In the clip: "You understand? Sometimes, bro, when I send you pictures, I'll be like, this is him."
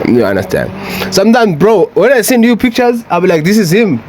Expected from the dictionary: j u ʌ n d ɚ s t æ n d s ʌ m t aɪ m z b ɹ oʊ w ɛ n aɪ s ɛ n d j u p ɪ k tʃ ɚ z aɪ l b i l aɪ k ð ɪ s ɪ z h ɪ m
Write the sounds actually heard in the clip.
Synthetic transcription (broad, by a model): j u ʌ n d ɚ s t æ n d s ʌ m t aɪ m z b ɹ oʊ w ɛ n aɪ s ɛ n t j u p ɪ k tʃ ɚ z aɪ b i l aɪ k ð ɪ s ɪ z h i m